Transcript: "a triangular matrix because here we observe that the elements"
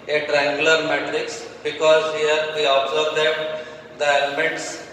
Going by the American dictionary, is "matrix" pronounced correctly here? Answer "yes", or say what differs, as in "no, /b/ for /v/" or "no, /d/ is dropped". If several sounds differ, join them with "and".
yes